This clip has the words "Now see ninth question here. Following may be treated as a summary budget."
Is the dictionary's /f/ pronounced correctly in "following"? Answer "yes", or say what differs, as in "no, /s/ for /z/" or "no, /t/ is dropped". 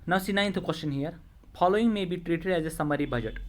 no, /p/ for /f/